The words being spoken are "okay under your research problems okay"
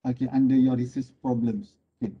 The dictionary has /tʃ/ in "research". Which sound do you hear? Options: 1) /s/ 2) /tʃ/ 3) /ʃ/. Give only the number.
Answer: 1